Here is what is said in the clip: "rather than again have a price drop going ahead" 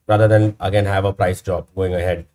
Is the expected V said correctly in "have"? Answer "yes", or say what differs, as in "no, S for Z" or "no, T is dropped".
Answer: yes